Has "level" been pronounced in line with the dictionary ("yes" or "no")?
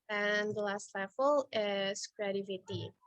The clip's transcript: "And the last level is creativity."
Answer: no